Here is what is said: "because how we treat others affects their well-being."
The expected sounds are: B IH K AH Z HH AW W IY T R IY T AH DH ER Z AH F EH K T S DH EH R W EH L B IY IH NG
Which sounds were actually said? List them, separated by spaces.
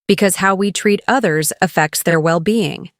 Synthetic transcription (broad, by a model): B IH K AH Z HH AW W IY T R IY T AH DH ER Z AH F EH K T S DH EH R W EH L B IY IH NG